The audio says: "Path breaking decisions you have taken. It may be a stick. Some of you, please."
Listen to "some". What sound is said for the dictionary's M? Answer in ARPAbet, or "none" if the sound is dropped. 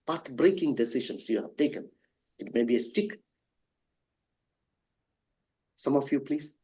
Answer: M